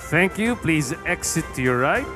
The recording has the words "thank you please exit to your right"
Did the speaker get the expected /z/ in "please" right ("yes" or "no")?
yes